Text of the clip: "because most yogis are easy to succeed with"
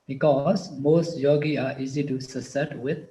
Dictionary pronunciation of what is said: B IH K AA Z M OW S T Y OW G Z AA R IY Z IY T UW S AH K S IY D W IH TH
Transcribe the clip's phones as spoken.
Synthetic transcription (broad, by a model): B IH K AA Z M OW S T Y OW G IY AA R IY Z IY T UW S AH S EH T W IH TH